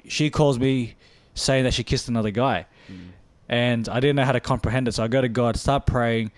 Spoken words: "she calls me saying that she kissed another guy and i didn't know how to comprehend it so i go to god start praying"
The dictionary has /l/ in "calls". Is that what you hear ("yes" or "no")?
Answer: yes